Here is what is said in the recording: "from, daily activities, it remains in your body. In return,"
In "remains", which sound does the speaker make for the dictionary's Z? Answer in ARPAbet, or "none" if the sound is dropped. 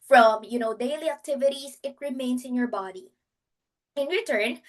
S